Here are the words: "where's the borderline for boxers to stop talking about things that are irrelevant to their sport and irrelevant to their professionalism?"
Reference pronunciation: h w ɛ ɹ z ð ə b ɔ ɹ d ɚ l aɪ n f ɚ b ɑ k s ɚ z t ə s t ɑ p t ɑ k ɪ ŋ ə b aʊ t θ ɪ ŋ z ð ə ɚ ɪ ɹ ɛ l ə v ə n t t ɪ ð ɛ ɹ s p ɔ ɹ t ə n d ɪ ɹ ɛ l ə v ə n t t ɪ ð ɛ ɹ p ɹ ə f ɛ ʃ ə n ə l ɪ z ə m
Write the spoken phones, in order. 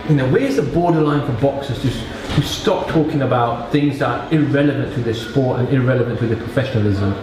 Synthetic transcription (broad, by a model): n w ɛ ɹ z ð ə b ɔ ɹ d ɚ l aɪ n f ɚ b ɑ k s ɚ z t ə s t ɑ p t ɑ k ɪ ŋ ə b aʊ t θ ɪ ŋ z ð ə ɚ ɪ ɹ ɛ l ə v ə n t t ɪ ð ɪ s p ɔ ɹ t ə n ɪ ɹ ɛ l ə v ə n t t ɪ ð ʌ p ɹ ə f ɛ ʃ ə n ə l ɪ z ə m